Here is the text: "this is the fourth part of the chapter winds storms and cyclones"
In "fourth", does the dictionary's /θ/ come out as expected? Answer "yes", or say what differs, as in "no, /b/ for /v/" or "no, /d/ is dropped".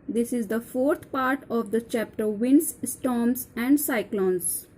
no, /t/ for /θ/